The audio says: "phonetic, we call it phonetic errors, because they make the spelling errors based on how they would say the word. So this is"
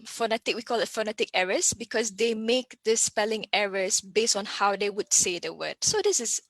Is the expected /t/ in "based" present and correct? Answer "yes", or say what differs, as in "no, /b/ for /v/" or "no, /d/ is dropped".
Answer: yes